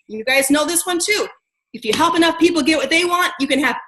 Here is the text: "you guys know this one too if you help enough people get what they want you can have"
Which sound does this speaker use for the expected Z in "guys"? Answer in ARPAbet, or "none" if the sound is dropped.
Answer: Z